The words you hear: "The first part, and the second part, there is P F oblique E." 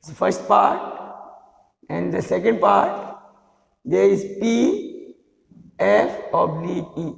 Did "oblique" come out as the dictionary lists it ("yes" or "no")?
no